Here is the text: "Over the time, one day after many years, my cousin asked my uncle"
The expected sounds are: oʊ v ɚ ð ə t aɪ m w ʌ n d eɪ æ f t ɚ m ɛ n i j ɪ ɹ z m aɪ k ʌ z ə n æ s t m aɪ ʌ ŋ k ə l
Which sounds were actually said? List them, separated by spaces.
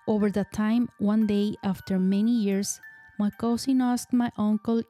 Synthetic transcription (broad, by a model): oʊ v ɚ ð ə t aɪ m w ʌ n d eɪ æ f t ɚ m ɛ n i j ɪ ɹ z m aɪ k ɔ s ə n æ s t m aɪ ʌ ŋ k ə l